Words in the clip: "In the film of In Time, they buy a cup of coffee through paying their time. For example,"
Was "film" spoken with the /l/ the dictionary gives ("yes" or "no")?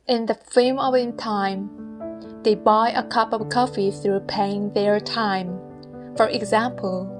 no